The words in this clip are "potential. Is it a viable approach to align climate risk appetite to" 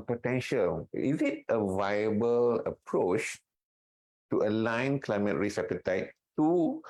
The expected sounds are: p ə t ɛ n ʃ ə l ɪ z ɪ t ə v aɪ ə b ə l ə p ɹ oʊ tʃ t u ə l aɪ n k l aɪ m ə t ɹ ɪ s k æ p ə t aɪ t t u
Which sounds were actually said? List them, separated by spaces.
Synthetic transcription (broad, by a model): p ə t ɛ n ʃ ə l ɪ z ɪ t ə v aɪ ə b ə l ə p ɹ oʊ tʃ t u ə l aɪ n k l aɪ m ə t ɹ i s ɛ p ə t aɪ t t u